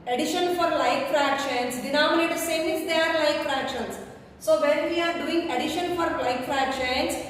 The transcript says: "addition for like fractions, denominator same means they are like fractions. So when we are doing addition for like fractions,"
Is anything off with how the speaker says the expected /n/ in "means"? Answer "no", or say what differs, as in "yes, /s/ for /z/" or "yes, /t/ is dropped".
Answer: yes, /n/ is dropped